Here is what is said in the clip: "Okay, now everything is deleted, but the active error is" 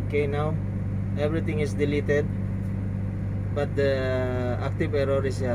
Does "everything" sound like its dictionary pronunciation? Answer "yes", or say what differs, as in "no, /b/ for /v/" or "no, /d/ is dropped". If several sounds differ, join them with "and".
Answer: no, /t/ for /θ/